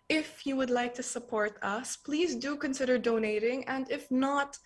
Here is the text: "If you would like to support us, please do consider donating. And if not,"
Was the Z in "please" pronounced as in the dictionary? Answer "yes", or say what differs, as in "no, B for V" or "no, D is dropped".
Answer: yes